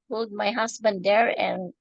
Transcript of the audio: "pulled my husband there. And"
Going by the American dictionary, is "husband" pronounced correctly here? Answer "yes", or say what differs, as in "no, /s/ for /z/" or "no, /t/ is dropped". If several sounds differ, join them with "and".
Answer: no, /s/ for /z/